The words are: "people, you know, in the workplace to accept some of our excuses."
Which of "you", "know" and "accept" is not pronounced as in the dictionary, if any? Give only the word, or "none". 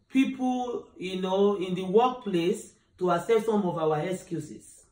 accept